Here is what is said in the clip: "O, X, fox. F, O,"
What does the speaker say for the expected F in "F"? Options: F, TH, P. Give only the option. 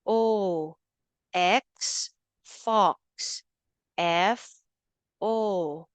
F